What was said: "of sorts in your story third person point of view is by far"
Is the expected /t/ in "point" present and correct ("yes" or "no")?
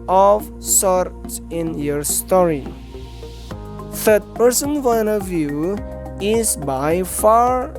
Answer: no